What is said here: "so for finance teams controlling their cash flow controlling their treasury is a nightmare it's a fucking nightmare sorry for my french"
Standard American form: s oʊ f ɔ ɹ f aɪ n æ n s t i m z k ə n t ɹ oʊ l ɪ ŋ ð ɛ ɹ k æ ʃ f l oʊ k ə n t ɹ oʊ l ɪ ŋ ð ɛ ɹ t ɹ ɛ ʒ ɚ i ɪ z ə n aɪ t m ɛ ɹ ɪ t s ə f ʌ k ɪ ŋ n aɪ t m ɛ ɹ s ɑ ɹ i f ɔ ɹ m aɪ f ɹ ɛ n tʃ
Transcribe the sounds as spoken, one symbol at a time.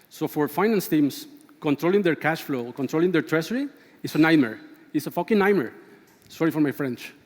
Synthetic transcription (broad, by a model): s oʊ f ɔ ɹ f aɪ n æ n s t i m s k ə n t ɹ oʊ l ɪ ŋ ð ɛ ɹ k æ ʃ f l oʊ k ə n t ɹ oʊ l ɪ ŋ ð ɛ ɹ t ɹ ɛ s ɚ i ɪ s ə n aɪ m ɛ ɹ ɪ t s ə f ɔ k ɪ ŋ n aɪ m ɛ ɹ s ɑ ɹ i f ɔ ɹ m aɪ f ɹ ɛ n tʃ